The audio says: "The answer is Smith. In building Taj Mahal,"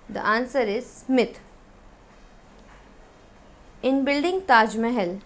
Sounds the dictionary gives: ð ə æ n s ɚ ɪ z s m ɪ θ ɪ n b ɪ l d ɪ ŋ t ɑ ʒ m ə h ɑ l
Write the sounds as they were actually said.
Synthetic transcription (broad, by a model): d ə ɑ n s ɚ ɪ z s m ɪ t ɪ n b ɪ l d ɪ ŋ t ɑ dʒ m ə h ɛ l